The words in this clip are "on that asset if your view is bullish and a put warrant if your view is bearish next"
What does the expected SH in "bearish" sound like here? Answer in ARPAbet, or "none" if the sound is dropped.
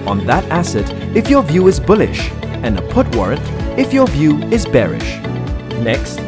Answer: SH